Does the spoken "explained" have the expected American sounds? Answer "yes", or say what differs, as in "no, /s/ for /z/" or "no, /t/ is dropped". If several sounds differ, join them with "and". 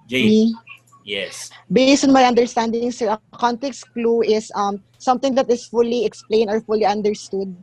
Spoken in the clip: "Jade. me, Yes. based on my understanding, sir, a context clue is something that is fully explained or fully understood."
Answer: no, /d/ is dropped